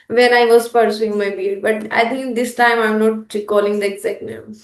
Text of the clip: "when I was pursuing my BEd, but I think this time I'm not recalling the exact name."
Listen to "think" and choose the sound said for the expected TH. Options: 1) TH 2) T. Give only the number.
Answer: 2